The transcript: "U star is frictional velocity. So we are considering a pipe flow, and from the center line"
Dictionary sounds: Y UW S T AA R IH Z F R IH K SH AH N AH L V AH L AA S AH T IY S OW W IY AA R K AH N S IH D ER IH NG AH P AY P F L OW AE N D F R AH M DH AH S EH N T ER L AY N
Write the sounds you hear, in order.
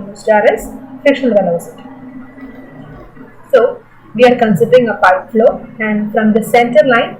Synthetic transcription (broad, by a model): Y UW S T AA R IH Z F IH K SH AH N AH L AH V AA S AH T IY S OW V IY AA R K AH N S IH D ER IH NG AH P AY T F L OW AE N D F R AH M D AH S EH N T ER L AY N